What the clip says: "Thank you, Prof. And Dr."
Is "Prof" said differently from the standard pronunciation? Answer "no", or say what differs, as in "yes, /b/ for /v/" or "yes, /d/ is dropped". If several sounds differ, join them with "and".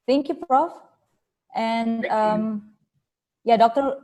no